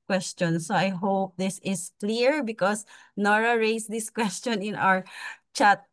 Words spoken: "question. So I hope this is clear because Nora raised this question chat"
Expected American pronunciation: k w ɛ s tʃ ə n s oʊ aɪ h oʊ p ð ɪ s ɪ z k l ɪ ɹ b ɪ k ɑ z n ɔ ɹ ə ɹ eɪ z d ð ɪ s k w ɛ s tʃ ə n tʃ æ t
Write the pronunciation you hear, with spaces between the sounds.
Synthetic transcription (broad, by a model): k w ɛ s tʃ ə n s oʊ aɪ h oʊ p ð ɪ s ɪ s k l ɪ ɹ b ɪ k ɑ s n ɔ ɹ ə ɹ eɪ s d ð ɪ s k w ɛ s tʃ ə n tʃ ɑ t